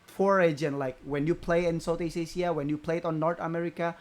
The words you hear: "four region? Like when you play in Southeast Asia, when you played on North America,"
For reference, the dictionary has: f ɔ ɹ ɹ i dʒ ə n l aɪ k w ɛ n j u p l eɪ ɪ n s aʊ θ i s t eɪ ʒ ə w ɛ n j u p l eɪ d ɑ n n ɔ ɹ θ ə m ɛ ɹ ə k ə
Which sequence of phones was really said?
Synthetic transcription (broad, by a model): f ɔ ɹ ɹ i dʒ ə n l aɪ k w ɛ n j u p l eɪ ɪ n s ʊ t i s eɪ s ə w ɛ n j u p l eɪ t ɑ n n ɔ ɹ t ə m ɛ ɹ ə k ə